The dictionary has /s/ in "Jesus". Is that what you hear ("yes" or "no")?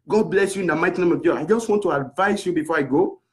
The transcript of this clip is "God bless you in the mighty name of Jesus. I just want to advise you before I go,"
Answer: no